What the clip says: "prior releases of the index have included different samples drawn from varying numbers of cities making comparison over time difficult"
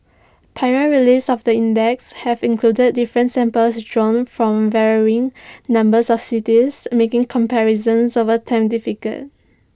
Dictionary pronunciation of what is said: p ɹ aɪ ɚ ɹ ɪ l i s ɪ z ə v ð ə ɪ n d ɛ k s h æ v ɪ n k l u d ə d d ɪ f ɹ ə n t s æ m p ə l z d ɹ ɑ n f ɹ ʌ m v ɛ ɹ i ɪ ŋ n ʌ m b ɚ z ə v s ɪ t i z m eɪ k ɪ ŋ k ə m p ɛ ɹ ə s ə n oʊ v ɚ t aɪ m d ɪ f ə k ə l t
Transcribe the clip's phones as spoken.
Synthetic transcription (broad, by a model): p aɪ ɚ ɹ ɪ l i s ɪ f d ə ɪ n d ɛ k s h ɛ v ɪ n k l u d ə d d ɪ f ɹ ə n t s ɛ m p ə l s d ɹ ɑ n f ɹ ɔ m v ɛ ɹ i ɪ ŋ n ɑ m b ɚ s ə f s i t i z m eɪ k ɪ ŋ k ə m p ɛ ɹ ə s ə n oʊ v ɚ t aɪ m d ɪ f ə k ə t